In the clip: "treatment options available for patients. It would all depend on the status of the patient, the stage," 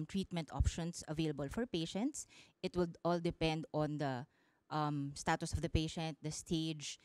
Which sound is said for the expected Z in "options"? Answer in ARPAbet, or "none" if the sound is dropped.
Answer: S